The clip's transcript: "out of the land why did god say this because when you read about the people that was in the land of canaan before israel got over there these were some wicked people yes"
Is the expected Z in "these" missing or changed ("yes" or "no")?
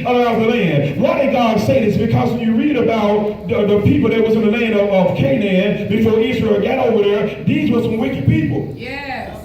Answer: no